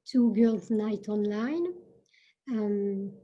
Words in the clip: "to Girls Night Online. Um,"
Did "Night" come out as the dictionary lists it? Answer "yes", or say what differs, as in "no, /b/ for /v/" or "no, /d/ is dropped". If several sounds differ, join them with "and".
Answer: yes